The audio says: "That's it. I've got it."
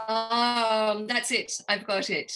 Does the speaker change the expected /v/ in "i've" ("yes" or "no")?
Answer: no